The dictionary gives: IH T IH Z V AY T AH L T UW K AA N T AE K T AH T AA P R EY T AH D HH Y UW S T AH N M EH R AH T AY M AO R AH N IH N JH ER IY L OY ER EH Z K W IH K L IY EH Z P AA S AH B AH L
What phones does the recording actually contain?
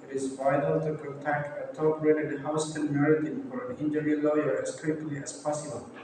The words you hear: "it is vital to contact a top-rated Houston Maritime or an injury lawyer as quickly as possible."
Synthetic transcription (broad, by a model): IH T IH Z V AY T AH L T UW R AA T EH K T AH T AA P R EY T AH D HH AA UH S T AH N M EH R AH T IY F AO R AH N IH N JH ER IY L OY ER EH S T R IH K L IY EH S P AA S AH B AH L